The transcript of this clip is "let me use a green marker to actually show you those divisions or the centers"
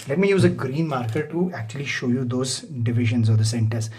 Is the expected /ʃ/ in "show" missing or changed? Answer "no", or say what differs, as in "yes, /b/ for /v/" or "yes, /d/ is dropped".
no